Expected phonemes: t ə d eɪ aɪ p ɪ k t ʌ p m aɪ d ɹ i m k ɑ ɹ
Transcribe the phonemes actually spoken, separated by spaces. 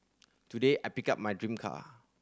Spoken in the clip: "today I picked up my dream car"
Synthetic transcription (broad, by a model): t ə d eɪ aɪ p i k ɑ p m aɪ d ɹ i m k ɑ